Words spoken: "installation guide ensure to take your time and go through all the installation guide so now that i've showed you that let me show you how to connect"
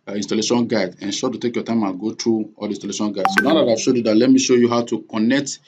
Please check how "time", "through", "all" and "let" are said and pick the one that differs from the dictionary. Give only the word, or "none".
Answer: through